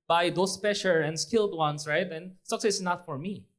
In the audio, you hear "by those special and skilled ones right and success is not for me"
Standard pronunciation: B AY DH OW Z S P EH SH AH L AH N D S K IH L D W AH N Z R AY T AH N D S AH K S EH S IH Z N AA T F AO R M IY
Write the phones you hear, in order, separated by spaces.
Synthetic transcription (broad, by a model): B AY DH OW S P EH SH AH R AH N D S K IH L D W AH N S R AY T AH N S AH K S EH S N AA T F AO R M IY